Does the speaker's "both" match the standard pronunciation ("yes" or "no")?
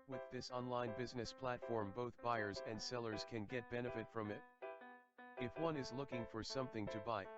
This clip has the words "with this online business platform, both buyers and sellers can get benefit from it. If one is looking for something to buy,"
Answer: yes